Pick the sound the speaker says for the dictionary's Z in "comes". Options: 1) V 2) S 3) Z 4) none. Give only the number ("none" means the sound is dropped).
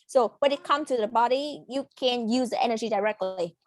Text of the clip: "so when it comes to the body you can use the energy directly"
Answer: 4